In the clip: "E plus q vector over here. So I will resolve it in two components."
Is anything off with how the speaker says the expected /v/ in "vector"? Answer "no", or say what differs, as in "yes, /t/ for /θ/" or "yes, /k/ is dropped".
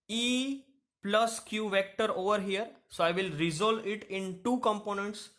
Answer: no